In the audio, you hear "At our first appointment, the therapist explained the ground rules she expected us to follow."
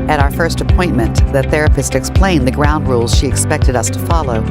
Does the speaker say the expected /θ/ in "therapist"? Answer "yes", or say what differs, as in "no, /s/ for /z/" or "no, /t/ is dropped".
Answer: yes